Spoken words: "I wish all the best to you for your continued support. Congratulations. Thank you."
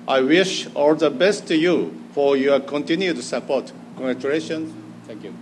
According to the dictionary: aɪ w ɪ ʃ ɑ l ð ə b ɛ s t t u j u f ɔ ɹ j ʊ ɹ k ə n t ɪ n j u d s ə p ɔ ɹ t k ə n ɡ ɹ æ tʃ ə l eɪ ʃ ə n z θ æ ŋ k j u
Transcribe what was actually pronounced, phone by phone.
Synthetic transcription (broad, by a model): aɪ w ɪ ʃ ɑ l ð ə b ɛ s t t u j u f ɔ ɹ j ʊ k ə n t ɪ n j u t s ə p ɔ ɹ t k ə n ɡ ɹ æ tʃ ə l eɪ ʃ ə n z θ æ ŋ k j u